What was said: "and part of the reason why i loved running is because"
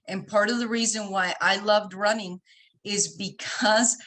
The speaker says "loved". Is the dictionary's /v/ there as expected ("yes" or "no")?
yes